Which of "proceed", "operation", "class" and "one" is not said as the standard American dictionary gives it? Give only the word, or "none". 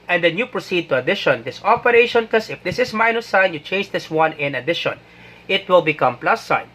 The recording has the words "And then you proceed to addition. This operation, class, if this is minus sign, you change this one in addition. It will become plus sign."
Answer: class